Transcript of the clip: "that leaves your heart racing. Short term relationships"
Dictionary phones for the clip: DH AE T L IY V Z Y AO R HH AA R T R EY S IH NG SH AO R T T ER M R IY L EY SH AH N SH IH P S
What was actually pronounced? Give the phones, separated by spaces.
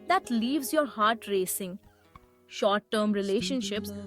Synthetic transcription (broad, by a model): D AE T L IY V Z Y AO R HH AA R T R EY S IH NG SH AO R T T ER M R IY L EY SH AH N SH IH P S